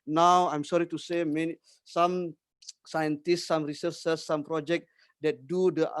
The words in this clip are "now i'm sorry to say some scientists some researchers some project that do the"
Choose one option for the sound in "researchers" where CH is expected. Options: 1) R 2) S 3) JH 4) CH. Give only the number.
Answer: 2